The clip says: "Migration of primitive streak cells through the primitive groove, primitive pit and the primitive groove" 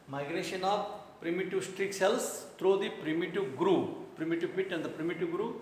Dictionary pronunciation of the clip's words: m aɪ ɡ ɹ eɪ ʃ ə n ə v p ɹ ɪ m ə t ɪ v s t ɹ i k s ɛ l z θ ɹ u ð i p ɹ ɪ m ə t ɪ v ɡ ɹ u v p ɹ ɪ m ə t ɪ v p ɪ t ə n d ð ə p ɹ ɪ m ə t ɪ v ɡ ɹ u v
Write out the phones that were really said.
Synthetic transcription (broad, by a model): m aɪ ɡ ɹ eɪ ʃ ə n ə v p ɹ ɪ m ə t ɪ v s t ɹ i k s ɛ l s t ɹ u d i p ɹ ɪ m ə t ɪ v ɡ ɹ u p ɹ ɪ m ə t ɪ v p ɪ t ə n d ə p ɹ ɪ m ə t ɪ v ɡ ɹ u